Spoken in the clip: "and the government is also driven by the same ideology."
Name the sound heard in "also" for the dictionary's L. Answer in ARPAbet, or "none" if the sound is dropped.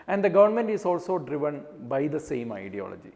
L